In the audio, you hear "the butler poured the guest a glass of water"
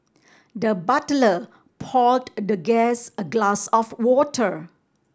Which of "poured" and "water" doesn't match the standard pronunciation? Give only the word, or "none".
poured